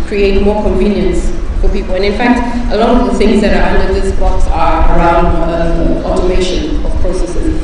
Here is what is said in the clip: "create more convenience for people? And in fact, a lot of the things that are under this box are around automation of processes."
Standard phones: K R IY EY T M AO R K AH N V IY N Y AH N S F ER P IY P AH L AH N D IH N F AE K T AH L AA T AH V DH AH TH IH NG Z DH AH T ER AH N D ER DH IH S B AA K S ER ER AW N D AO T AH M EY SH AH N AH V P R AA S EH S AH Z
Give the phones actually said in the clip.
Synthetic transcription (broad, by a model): K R IY EY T M AO K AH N V IY N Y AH N S F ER P IY P AH L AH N IH N F AE K T AH L AA T AH V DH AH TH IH NG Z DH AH T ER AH N D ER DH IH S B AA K S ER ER AW N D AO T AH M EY SH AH N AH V P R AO S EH S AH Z